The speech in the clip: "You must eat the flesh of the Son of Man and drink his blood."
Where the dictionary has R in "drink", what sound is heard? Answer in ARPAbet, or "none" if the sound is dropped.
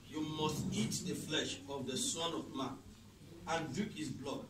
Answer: none